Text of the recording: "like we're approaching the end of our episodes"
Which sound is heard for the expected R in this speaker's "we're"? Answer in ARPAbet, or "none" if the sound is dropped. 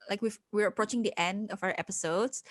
W